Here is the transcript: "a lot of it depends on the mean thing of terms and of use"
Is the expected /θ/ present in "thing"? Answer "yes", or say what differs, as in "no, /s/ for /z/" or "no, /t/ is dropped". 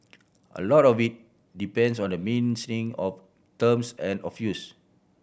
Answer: no, /s/ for /θ/